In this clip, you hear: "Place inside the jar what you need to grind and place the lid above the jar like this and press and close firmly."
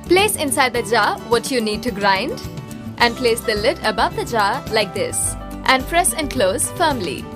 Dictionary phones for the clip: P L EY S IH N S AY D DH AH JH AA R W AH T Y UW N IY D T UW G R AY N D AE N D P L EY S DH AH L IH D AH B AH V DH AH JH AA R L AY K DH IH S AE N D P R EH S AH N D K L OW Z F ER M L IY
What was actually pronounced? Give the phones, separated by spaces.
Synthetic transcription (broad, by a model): P L EY S IH N S AY D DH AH JH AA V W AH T Y UW N IY D T UW G R AY N D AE N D P L EY S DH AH L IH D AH B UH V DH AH JH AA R L AY K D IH S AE N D F R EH SH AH N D K L OW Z F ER M L IY